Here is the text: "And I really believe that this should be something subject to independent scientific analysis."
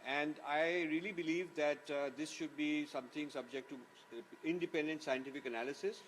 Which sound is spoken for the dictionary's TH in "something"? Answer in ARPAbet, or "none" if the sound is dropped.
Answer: T